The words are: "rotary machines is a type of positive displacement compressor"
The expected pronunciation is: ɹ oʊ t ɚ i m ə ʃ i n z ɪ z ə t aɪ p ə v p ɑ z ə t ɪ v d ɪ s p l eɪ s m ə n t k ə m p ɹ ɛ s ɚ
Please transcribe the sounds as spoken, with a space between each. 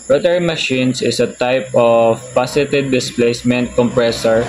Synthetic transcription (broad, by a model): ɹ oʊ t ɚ m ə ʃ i n s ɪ s ə t aɪ p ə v p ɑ s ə t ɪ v d ɪ s p l eɪ s m ə n t k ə m p ɹ ɛ s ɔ